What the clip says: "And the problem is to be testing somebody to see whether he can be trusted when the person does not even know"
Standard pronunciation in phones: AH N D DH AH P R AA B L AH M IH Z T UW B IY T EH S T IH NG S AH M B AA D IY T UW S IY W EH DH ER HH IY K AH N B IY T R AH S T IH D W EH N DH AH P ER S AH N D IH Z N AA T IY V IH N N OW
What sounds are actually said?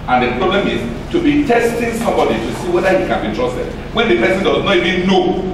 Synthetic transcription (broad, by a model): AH N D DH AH P R AA B L AH M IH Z T UW B IY T EH S T IH NG S AH M B AA D IY T UW S IY W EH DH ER HH IY K AH N B IY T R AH S T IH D W EH N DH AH P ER S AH N D IH Z N AA T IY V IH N N OW